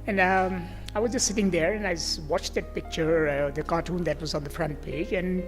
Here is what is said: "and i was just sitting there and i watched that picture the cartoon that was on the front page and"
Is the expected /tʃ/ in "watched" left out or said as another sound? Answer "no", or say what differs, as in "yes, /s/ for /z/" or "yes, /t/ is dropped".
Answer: no